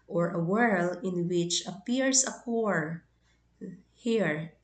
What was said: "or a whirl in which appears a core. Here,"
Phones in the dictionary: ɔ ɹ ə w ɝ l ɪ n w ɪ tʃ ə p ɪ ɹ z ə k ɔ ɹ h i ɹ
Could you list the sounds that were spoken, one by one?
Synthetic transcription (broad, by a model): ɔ ɹ ə w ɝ l ɪ n w ɪ tʃ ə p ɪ ɹ s ə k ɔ ɹ h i ɹ